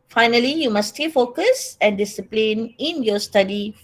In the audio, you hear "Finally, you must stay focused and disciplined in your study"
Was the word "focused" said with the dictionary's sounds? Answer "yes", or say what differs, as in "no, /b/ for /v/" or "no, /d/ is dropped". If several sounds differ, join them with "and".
no, /t/ is dropped